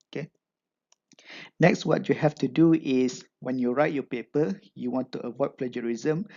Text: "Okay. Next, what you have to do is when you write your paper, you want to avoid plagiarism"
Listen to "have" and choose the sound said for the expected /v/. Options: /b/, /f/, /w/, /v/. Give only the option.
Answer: /f/